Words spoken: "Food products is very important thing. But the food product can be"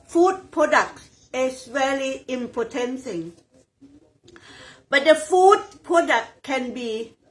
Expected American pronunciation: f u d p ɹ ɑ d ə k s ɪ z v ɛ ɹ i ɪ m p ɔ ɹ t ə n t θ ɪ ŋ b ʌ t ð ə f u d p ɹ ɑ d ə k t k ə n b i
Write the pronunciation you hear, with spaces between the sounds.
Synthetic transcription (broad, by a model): f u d p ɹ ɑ d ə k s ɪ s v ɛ l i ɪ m p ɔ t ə n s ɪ ŋ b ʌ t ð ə f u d p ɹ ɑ d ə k k ə n b i